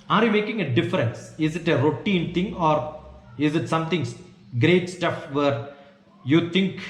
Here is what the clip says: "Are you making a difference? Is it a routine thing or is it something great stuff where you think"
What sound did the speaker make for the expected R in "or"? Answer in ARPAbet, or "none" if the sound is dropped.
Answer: R